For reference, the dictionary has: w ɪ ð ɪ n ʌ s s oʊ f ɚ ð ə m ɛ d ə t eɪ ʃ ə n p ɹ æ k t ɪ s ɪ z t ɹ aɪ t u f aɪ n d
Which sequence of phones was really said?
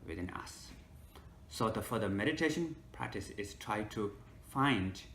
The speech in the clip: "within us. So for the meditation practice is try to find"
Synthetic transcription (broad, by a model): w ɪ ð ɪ n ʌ s s oʊ f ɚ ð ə m ɛ d ə t eɪ ʃ ə n p ɹ æ k t ɪ s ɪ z t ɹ aɪ t u f aɪ n d